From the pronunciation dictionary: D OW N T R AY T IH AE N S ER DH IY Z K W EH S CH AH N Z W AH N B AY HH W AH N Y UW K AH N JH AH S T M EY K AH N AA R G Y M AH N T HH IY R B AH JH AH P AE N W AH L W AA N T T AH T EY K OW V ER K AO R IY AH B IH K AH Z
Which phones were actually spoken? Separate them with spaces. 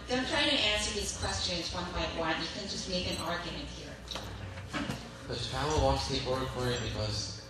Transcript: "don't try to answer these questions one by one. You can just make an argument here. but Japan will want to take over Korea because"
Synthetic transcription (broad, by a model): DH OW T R AY T IH AE N S ER DH IY Z K W EH S CH AH N Z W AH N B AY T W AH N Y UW K AH N JH AH S T M EY K AH N AA R G Y M AH N T HH IY R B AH CH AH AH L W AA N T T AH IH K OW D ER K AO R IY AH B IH K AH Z